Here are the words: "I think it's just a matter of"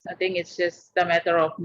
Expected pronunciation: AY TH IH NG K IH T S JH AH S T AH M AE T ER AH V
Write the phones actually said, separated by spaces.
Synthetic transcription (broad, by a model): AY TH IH NG IH T S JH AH S T AH M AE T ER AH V